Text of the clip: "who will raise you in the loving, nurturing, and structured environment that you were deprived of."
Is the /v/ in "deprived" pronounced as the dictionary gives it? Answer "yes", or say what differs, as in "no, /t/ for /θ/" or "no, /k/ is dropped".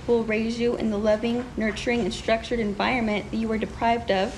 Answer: yes